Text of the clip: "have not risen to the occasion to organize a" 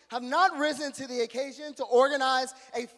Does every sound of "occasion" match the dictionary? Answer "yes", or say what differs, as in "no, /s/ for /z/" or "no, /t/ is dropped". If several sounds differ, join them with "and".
yes